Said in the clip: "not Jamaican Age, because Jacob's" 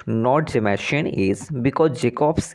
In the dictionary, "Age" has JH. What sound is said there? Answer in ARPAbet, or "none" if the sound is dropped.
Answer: Z